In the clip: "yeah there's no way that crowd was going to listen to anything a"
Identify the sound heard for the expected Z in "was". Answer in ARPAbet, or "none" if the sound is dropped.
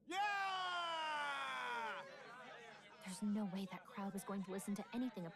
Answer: Z